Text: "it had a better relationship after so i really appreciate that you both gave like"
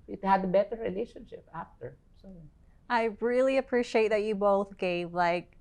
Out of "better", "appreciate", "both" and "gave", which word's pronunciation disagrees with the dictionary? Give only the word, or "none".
none